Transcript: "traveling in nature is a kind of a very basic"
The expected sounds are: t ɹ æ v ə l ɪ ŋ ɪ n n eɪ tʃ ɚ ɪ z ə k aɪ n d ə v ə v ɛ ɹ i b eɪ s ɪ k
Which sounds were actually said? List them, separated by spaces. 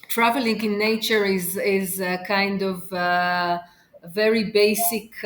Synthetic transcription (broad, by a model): t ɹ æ v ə l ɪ ŋ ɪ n n eɪ tʃ ɚ ɪ z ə k aɪ n d ə v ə v ɛ ɹ i b eɪ s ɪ k